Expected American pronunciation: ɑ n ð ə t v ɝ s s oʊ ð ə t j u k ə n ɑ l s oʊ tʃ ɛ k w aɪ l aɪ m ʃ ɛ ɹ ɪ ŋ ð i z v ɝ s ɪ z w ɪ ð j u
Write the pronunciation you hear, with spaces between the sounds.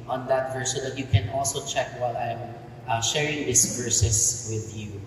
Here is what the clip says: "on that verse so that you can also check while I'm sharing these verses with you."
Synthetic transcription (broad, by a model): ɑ n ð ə t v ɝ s s oʊ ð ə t j u k ə n ɑ l s oʊ tʃ ɛ k w aɪ l aɪ m ʃ ɛ ɹ ɪ ŋ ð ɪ s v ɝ s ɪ s w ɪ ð j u